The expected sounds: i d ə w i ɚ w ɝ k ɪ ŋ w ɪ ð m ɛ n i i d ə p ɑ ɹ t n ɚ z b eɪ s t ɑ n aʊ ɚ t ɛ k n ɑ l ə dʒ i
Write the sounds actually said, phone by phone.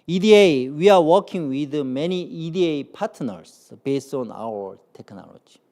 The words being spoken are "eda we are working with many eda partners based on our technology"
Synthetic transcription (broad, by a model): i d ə w i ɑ w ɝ k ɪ ŋ w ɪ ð m ɛ n i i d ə p ɑ t n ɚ s b eɪ s t ɑ n aʊ ɚ t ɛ k n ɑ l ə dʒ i